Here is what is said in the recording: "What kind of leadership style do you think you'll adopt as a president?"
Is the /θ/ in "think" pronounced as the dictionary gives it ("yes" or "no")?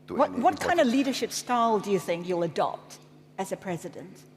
yes